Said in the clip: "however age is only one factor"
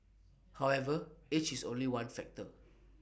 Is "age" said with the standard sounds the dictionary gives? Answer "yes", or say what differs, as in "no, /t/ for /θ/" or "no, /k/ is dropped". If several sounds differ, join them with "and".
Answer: no, /tʃ/ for /dʒ/